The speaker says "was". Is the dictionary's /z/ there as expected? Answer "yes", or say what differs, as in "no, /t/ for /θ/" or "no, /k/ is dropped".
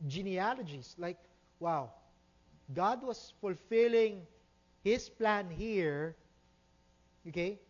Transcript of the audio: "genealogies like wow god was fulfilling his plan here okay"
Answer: no, /s/ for /z/